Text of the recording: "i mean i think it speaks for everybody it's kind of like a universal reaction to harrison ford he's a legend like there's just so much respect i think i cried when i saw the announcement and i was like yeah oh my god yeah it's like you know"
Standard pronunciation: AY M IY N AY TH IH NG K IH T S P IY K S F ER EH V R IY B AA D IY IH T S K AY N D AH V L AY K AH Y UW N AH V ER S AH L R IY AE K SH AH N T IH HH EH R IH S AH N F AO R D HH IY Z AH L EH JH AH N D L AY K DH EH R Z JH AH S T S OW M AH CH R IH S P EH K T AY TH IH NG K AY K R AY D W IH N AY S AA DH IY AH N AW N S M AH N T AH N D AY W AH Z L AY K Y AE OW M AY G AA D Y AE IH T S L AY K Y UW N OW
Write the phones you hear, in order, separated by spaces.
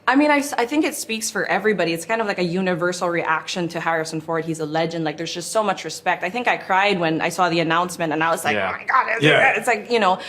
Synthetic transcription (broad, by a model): AY M IY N AY TH IH NG K IH T S P IY K S F ER EH V R IY B AA D IY IH T S K AY N D AH V L AY K AH Y UW N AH V ER S L R IY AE K SH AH N T IH HH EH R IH S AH N F AO R D HH IY Z AH L EH JH AH N D L AY K DH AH R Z JH AH S T S OW M AH CH R IH S P EH K T AY TH IH NG K AY K R AY D W IH N AY S AA DH IY AH N AW N S M AH N T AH N AY W AH Z L AY K OW M AY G AA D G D IH T S L AY K Y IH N OW